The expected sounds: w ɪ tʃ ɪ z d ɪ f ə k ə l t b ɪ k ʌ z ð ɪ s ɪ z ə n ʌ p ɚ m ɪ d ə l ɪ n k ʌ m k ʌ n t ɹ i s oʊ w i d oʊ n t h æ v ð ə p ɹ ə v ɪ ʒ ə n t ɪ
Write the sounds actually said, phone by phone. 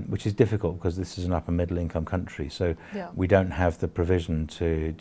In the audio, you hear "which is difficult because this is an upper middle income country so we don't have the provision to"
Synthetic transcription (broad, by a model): w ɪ tʃ ɪ z d ɪ f ə k ə l t b ɪ k ʌ z ð ɪ s ɪ z ə n ʌ p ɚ m ɪ d l ɪ n k ʌ m k ʌ n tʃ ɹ i s oʊ w i d oʊ n t h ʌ v ð ə p ɹ ə v ɪ ʒ ə n t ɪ